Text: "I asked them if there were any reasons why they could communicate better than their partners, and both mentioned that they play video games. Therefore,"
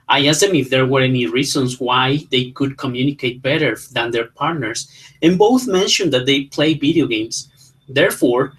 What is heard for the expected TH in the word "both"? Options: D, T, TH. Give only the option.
TH